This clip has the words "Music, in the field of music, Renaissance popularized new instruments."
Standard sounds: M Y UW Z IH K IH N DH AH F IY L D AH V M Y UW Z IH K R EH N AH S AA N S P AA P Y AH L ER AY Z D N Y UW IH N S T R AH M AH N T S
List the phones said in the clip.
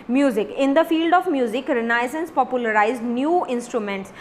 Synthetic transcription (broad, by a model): M Y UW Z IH K IH N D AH F IY L D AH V M Y UW Z IH K R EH N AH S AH N S P AA P Y AH L ER AY Z D N Y UW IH N S T R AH M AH N T S